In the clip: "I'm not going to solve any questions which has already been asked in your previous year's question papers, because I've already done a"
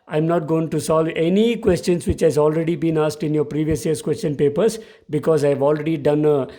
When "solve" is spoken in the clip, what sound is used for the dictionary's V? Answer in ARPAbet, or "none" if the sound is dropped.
V